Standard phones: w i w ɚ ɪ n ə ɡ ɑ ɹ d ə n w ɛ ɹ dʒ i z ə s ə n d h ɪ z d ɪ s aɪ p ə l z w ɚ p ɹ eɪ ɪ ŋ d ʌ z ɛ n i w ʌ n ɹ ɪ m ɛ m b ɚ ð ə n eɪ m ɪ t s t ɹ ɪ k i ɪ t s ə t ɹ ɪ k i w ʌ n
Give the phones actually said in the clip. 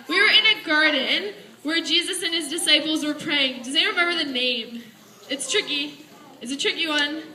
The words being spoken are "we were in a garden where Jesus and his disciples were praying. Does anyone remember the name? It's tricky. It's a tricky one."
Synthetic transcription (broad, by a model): w i w ɚ ɪ n ə ɡ ɑ ɹ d n w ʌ ɹ dʒ i z ə s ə n ɪ z d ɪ s aɪ p l z w ɚ p ɹ eɪ ɪ ŋ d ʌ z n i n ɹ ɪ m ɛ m b ɚ ð ə n eɪ m ɪ t s t ɹ ɪ k i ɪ t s ə t ɹ ɪ k i w ʌ n